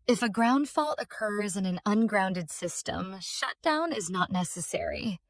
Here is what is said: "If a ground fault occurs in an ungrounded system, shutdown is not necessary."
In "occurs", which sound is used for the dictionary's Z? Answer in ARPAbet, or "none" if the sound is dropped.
Z